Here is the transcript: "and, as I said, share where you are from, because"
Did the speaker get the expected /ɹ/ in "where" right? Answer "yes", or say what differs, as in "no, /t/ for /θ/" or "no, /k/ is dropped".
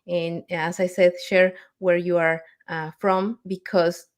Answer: yes